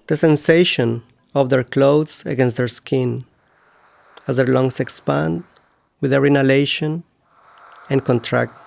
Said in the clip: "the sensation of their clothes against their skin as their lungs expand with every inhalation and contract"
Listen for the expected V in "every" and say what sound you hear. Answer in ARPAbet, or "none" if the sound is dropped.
none